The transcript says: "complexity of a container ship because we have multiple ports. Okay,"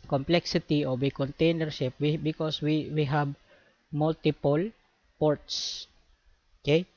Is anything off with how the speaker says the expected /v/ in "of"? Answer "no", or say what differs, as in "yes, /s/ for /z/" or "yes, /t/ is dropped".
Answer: yes, /w/ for /v/